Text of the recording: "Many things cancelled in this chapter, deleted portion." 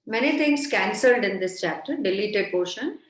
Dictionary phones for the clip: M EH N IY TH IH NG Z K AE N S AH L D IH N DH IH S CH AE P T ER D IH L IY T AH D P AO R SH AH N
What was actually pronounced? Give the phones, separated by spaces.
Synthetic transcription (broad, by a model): M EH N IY T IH NG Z K AE N S AH L D IH N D IH S CH AE P T ER D IH L IY T AH D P AO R SH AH N